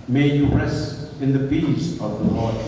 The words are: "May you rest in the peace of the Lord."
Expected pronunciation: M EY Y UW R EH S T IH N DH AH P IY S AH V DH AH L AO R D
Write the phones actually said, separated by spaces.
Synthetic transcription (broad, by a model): M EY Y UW R EH S T IH N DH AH B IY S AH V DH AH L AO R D